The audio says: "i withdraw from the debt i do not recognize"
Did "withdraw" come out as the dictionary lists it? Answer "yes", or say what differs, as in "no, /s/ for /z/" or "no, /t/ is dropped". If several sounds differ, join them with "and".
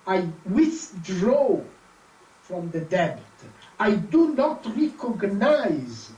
yes